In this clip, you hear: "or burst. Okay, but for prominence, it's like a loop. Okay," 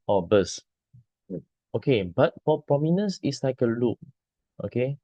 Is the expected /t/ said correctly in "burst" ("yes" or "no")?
no